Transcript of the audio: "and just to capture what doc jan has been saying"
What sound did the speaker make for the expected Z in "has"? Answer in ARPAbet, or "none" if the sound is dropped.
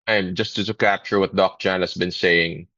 S